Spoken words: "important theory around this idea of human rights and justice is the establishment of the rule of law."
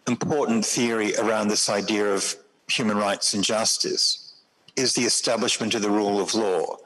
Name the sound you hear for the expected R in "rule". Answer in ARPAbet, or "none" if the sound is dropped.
R